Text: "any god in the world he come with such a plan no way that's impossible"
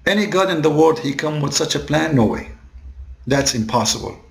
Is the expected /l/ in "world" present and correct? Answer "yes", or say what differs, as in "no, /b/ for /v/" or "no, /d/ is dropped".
no, /l/ is dropped